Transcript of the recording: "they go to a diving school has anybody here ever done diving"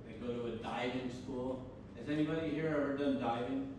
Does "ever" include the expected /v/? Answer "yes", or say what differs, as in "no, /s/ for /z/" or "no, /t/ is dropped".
no, /v/ is dropped